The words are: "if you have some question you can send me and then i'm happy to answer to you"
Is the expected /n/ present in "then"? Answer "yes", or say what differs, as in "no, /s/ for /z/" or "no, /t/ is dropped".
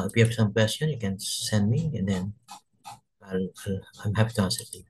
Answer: no, /l/ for /n/